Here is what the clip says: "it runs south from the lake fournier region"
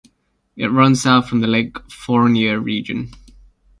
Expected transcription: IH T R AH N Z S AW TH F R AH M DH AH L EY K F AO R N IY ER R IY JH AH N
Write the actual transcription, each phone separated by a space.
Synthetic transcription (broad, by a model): IH T R AH N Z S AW T F R AH M DH AH L EY K F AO R N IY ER R IY JH AH N